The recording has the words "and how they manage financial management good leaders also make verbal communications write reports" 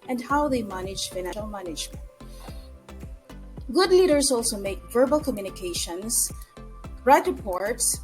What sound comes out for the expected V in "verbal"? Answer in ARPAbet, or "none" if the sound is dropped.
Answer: V